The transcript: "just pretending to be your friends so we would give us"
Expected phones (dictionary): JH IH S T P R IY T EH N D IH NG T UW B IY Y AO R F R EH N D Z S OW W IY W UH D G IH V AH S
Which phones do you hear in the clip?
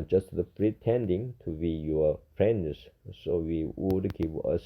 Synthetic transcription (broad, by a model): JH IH S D P R IY T EH N D IH NG T UW B IY Y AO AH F R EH N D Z S OW W IY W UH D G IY P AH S